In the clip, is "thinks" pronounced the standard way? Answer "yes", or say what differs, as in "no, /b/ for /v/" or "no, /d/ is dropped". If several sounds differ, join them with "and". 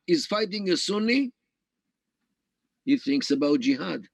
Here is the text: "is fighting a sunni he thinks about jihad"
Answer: yes